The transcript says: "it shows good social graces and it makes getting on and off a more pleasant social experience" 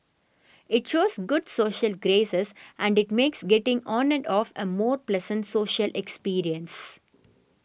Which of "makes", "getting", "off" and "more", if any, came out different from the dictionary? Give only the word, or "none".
none